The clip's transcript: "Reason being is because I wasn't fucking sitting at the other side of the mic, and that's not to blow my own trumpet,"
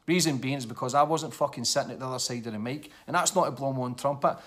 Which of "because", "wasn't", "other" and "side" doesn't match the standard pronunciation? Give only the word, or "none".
none